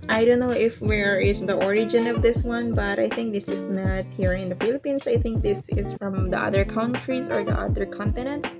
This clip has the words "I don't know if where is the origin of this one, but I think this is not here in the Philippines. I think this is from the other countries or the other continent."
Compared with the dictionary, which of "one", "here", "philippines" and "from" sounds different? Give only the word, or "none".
philippines